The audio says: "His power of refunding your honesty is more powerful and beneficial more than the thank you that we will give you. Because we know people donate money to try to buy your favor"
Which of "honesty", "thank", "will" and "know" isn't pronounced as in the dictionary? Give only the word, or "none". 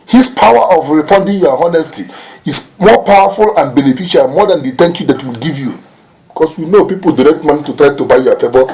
thank